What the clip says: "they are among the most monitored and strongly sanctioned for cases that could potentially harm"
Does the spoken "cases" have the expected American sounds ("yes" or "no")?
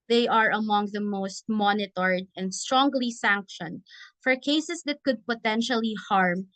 no